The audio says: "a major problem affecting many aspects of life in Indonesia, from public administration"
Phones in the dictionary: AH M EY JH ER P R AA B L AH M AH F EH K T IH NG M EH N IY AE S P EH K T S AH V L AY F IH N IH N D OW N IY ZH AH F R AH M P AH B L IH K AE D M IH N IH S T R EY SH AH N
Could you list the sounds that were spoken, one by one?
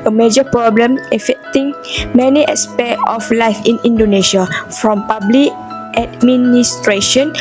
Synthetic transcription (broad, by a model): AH M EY JH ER P R AA B L AH M AH F EH K T IH NG M EH N IY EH S P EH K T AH F L AY F IH N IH N D OW N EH SH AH F R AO M P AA B L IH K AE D M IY N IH S T R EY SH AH N